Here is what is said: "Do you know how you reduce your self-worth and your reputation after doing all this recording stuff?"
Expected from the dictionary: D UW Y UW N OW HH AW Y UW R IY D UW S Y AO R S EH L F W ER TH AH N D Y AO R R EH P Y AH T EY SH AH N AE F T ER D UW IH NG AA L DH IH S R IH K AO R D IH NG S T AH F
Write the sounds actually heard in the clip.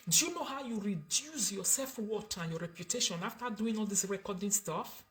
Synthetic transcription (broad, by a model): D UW Y UW N OW HH AW Y UW R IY D UW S Y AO S EH L F W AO T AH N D Y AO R R EH P Y AH T EY SH AH N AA F T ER D UW IH NG AA L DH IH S R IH K AO D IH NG S T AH F